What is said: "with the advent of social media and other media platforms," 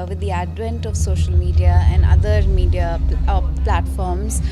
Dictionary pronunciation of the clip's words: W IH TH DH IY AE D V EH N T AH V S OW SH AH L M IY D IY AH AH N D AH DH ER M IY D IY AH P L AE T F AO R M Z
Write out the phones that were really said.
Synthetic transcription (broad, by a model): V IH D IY AE D V EH N T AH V S OW SH AH L M IY D IY AH AH N D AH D ER M IY D IY AH P L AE T F AO R M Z